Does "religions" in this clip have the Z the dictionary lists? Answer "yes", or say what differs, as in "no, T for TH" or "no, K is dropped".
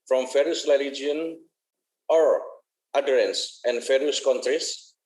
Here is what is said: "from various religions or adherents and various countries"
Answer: no, Z is dropped